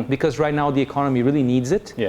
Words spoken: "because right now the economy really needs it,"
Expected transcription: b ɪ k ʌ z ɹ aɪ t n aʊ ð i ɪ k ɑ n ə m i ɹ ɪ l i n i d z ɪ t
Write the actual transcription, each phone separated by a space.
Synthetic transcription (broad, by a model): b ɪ k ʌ z ɹ aɪ t n aʊ ð i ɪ k ɑ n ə m i ɹ ɪ l i n i d z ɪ t